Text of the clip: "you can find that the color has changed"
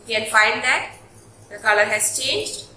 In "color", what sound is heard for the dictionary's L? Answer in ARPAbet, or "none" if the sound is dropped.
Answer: L